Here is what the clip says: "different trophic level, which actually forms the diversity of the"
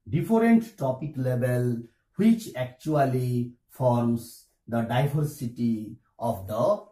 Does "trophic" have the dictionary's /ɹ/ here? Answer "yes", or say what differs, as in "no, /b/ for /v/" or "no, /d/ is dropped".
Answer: no, /ɹ/ is dropped